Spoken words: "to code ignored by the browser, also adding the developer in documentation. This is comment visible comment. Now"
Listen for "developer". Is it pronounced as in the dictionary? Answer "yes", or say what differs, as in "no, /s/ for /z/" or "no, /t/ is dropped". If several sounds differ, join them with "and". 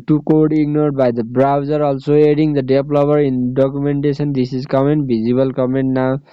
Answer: no, /b/ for /p/